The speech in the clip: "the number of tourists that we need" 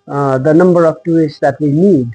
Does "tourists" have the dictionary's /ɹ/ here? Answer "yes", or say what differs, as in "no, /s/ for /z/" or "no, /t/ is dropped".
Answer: no, /ɹ/ is dropped